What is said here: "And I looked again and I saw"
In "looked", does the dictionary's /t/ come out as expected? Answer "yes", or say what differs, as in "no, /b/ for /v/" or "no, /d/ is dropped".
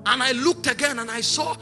yes